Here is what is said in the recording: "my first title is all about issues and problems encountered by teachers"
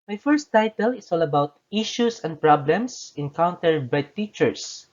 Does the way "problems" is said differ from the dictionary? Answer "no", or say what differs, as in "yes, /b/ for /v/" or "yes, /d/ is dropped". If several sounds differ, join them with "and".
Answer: yes, /s/ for /z/